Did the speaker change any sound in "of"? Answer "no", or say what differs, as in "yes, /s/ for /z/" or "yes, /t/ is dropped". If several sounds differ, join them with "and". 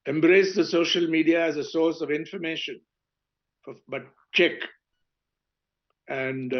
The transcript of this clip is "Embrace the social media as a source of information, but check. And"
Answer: no